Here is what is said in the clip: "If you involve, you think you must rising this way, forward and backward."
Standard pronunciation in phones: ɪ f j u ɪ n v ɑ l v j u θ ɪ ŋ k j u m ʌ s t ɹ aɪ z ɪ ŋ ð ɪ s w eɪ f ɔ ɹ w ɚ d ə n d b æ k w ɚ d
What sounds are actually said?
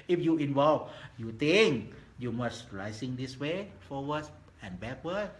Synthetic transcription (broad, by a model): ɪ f j u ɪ n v ɑ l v j u t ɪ ŋ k j u m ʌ s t ɹ aɪ s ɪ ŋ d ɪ s w eɪ f ɔ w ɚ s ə n b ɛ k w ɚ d